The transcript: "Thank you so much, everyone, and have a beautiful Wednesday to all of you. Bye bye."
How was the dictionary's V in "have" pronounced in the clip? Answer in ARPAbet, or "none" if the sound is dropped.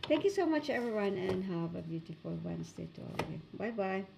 V